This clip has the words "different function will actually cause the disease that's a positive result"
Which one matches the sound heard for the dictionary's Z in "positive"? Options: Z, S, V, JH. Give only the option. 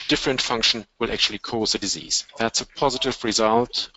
Z